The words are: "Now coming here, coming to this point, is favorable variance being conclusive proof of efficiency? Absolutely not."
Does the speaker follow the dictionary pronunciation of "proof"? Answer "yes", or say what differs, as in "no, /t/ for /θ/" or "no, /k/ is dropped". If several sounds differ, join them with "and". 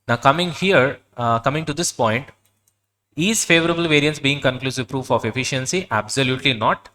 yes